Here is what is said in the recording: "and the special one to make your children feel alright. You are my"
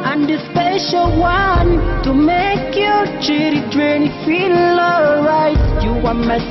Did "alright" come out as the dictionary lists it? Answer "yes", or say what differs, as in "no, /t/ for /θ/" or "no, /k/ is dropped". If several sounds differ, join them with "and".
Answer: no, /l/ is dropped